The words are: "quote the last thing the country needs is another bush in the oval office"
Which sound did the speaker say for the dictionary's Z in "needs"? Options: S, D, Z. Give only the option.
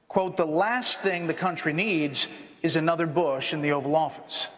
Z